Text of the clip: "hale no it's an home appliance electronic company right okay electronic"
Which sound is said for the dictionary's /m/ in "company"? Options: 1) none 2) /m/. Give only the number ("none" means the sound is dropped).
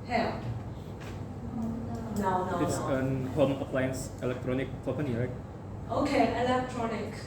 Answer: 1